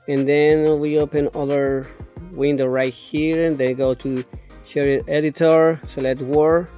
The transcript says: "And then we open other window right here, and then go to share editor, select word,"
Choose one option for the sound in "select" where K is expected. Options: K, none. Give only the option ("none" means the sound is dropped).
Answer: none